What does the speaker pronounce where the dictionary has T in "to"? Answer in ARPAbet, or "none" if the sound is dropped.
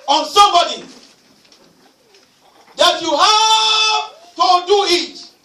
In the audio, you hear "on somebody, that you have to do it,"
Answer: T